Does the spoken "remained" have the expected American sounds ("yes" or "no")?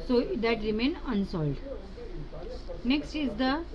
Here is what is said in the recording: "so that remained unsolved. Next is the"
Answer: no